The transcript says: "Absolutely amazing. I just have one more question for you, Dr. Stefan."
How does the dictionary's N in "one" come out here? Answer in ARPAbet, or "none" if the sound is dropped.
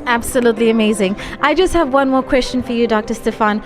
N